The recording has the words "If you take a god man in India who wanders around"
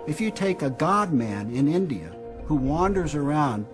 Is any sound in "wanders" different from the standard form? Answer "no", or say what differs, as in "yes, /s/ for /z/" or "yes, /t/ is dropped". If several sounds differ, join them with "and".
no